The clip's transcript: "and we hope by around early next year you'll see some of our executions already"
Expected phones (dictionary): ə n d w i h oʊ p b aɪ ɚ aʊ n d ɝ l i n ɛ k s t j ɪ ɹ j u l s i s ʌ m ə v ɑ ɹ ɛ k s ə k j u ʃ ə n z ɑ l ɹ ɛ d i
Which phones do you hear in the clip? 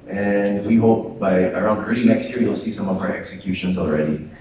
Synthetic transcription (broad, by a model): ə n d w i h oʊ p b aɪ ɚ aʊ n d ɝ l i n ɛ k s t j ɪ ɹ j u l s i s ʌ m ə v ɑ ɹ ɛ k s ə k j u ʃ ə n z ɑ l ɹ ɛ d i